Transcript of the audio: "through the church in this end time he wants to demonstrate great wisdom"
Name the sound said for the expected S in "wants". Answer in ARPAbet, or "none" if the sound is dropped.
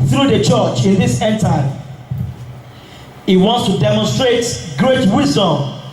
S